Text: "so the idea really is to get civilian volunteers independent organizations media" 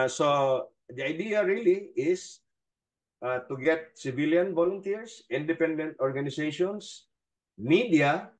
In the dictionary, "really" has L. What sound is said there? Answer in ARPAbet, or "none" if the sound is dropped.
L